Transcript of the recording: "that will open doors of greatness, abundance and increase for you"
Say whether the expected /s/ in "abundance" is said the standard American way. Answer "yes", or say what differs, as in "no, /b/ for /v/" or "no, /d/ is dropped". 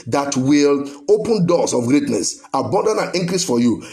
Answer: no, /s/ is dropped